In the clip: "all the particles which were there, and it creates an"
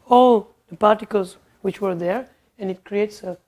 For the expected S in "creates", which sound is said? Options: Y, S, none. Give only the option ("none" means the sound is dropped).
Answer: S